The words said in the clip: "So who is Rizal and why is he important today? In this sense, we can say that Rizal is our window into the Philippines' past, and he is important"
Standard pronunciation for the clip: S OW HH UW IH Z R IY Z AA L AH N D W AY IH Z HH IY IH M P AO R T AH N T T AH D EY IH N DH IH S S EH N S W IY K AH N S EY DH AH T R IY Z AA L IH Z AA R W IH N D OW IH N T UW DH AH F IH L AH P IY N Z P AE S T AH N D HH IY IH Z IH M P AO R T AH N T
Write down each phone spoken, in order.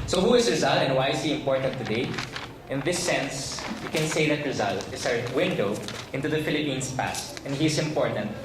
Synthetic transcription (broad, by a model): S OW HH UW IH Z R IY Z AA L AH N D W AY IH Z HH IY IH M P AO R T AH N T T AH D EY IH N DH IH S S EH N S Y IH K AH N S EY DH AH T R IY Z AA L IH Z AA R W IH N D OW IH N T UW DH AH F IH L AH P IY N S P AE S T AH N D HH IY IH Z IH M P AO R T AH N T